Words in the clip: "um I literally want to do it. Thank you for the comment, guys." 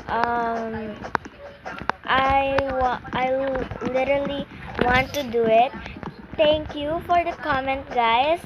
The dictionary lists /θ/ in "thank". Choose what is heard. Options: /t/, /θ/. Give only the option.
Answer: /t/